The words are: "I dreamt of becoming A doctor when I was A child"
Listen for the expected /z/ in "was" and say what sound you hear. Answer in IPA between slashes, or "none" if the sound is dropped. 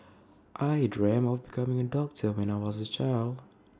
/z/